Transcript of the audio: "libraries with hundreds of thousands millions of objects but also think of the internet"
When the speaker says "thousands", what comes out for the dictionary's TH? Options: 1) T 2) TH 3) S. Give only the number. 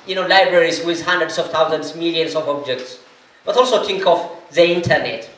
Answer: 1